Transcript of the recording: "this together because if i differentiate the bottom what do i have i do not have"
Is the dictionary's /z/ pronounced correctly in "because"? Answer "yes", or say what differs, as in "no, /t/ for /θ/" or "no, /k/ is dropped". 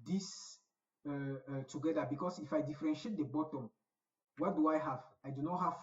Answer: no, /s/ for /z/